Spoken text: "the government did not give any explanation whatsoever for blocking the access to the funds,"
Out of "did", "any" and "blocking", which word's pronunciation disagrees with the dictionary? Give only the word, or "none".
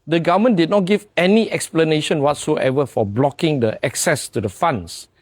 none